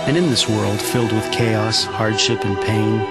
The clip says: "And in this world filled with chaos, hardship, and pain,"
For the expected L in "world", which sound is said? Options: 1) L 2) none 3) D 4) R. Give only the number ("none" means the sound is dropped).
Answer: 1